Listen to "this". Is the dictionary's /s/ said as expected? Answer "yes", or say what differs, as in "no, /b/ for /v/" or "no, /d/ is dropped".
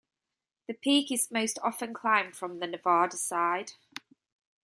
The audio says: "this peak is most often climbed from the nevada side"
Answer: no, /s/ is dropped